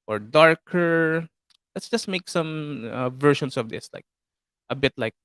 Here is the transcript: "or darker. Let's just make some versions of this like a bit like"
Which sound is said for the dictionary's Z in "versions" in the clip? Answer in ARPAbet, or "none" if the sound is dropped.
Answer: S